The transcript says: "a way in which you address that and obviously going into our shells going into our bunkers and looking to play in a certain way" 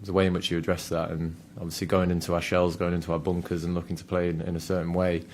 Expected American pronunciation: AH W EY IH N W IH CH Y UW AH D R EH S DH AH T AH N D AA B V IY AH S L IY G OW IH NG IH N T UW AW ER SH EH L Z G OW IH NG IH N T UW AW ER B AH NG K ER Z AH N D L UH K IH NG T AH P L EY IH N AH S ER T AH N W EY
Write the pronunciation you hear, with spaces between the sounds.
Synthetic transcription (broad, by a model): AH W EY IH N W IH CH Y AH D R EH S DH AH T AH N AA B V IY AH S L IY G OW IH NG IH N T UW AW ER SH EH L Z G OW IH NG IH N T UW AW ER B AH NG K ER Z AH N L UH K IH NG T AH P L EY IH N AH S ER T N W EY